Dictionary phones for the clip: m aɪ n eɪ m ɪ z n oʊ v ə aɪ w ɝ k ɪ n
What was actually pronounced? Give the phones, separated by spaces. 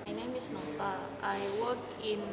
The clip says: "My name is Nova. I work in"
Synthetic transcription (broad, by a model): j n eɪ m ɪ s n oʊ p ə aɪ w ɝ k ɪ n